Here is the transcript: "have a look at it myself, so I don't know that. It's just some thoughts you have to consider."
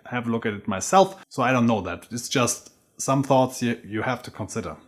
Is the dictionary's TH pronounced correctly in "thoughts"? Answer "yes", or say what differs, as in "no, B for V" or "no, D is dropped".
yes